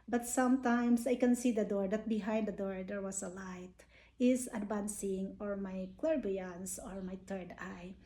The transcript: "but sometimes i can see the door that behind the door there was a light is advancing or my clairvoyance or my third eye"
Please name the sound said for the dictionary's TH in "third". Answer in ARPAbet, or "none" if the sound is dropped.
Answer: T